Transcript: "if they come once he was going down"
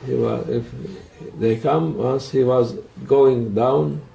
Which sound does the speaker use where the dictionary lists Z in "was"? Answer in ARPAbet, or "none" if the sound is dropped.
Z